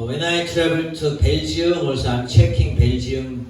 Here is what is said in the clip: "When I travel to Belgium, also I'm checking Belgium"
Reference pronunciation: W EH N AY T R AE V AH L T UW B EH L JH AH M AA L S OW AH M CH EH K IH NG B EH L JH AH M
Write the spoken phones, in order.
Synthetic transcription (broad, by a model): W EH N AY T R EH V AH N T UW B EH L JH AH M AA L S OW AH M CH EH K IH NG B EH L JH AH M